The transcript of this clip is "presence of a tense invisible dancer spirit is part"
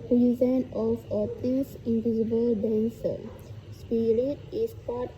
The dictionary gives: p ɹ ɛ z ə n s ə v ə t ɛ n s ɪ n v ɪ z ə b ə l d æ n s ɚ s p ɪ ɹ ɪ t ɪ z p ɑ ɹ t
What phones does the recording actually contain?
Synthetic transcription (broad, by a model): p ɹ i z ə n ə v ə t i s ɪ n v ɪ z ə b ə l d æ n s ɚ s p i ɹ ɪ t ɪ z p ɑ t